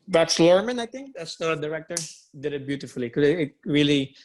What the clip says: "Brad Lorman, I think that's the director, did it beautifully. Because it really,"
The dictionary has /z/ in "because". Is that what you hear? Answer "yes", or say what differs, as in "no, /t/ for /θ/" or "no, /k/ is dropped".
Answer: no, /z/ is dropped